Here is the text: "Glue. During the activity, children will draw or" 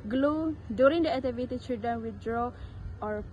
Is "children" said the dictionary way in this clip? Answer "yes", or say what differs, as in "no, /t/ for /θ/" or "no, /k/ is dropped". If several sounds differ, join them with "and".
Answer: no, /l/ is dropped and /ɹ/ is dropped